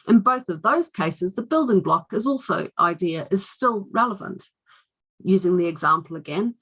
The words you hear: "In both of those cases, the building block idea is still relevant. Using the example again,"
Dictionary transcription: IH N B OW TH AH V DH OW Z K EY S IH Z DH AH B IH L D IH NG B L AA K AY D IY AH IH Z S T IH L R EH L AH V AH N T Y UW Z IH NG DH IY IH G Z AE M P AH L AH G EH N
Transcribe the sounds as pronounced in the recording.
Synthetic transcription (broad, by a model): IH N B OW TH AH V DH OW Z K EY S IH Z DH AH B IH L D IH NG B L AA K AY D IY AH IH Z S T IH L R EH L AH V AH N T Y UW Z IH NG DH IY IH G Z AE M P L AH G EH N